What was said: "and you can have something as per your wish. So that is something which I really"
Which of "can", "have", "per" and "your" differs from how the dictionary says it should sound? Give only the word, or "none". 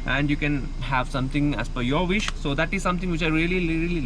per